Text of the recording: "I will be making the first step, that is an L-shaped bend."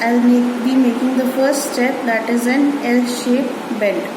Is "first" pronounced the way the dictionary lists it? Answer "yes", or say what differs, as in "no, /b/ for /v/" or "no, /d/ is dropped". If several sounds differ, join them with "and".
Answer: yes